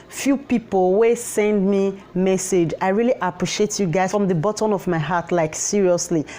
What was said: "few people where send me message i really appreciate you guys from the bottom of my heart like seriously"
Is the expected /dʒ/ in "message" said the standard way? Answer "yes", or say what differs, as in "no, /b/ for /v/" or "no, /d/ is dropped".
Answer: yes